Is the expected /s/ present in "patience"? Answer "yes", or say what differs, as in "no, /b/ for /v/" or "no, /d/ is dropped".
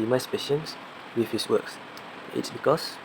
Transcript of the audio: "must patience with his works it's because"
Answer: yes